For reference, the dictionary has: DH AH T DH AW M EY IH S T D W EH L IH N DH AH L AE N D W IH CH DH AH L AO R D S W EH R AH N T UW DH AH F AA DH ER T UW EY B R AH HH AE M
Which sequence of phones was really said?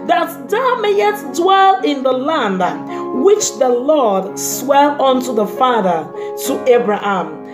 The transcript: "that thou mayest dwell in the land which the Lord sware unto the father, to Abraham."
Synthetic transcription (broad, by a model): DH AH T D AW M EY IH T D W EH L IH N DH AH L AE N D W IH CH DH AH L AO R D S W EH L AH N T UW DH AH F AA DH ER T UW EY B R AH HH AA M